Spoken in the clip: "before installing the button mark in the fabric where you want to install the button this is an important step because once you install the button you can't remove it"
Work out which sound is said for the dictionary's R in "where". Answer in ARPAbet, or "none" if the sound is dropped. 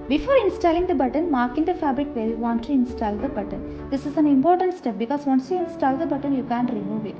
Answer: L